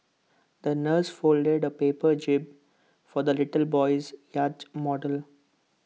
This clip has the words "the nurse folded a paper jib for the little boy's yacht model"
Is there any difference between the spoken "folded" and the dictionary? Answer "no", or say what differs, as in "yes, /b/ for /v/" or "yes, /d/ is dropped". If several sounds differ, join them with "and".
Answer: no